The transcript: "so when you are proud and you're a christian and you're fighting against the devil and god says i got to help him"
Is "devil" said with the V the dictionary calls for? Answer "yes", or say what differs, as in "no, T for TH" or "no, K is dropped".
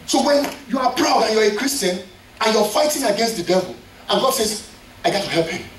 yes